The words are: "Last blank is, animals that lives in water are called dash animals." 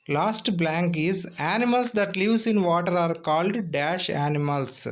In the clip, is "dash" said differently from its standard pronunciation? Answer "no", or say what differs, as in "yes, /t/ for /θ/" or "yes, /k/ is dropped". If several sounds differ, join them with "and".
no